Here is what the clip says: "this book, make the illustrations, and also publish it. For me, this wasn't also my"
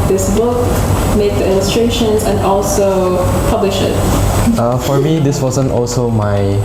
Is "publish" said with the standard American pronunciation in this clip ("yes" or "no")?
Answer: yes